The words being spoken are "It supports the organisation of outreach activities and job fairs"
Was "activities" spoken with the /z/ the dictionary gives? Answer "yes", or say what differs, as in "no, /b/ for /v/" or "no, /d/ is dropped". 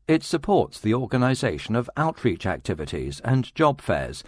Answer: yes